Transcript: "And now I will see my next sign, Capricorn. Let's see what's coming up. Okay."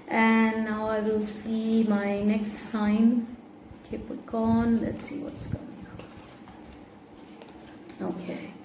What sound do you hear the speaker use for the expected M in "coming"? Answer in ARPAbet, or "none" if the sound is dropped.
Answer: none